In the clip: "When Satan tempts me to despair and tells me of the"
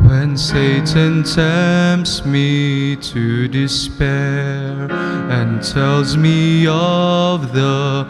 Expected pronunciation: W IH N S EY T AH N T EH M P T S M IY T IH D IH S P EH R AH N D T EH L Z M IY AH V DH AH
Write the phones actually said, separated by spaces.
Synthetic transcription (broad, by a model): W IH N S EY T AH N T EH M P S M IY T IH D IH S P EH R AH N T EH L Z M IY AH V DH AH